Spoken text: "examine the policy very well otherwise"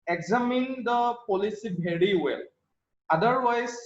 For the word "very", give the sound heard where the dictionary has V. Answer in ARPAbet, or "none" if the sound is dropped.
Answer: B